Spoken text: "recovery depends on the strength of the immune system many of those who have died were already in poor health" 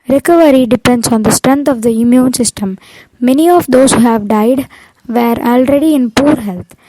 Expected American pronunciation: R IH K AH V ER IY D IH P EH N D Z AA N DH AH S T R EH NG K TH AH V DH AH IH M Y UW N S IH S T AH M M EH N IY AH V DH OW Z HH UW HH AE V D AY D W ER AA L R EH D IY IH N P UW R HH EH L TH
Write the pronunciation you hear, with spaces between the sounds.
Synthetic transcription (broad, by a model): R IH K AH V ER IY D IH P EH N D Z AA N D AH S T R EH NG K T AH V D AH IH M Y UW N S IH S T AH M M EH N IY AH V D OW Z HH UW HH AE V D AY D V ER AA L R EH D IY IH N P UW R HH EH L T